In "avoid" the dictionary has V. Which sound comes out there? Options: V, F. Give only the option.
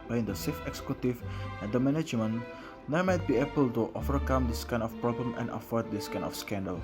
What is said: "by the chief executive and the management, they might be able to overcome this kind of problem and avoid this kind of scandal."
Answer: F